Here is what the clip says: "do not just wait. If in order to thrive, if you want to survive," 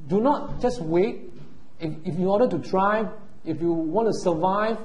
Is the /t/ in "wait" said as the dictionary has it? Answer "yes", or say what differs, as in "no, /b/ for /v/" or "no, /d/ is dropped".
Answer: yes